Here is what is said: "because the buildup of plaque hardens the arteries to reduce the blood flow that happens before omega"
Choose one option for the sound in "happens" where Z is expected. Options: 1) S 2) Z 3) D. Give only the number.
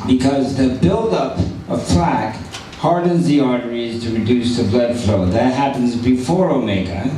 2